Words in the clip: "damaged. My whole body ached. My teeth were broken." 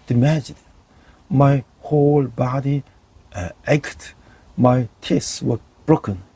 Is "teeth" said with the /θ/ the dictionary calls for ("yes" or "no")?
no